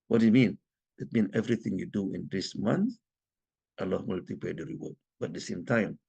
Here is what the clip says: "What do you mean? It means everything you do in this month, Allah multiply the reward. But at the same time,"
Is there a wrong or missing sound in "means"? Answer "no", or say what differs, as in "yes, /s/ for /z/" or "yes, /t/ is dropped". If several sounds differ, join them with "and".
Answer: yes, /z/ is dropped